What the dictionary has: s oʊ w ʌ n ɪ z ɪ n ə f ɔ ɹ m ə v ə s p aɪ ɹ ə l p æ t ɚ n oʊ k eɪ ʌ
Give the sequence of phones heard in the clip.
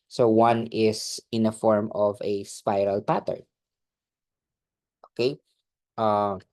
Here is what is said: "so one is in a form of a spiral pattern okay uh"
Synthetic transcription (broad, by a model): s oʊ w ʌ n ɪ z ɪ n ə f ɔ ɹ m ə v ə s p aɪ ɹ ə l p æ t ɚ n oʊ k eɪ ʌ